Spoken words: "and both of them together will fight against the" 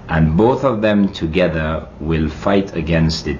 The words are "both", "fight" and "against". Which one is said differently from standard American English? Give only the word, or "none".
none